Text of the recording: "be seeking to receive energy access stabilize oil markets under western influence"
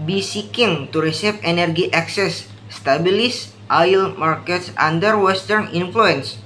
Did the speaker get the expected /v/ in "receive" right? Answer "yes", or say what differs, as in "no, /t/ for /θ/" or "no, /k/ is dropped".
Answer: no, /f/ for /v/